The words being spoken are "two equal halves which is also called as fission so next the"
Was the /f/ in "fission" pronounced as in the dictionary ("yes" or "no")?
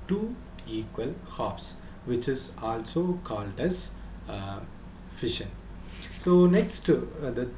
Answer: yes